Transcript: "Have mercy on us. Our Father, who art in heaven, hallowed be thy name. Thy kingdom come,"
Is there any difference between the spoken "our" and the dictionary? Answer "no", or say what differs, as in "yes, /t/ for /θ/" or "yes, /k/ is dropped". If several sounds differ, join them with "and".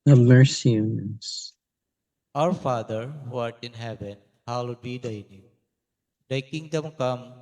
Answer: no